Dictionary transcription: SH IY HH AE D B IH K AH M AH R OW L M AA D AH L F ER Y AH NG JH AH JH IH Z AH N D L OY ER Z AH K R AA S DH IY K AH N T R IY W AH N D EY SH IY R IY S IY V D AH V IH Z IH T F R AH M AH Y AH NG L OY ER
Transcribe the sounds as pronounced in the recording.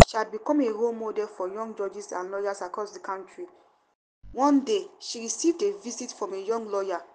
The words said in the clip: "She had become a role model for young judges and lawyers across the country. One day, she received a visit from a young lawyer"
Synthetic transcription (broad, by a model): SH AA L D B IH K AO M AH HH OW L M AA D AH L F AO Y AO NG JH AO JH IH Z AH N L OY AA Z AH K R AA S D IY K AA N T R IY W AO N D EY SH IY R IY S IY V D AH V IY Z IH T F R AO M AH Y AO NG L OY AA